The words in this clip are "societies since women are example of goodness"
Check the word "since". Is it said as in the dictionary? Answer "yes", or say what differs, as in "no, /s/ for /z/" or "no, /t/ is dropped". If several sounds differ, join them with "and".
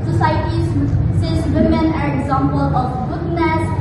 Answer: no, /n/ is dropped